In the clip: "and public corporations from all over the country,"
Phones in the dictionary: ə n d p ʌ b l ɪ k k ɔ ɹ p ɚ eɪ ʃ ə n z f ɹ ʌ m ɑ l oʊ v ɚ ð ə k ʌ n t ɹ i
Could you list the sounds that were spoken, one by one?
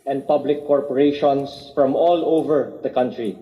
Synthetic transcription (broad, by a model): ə n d p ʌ b l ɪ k k ɔ ɹ p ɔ eɪ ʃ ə n s f ɹ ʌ m ɑ l oʊ v ɚ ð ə k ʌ n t ɹ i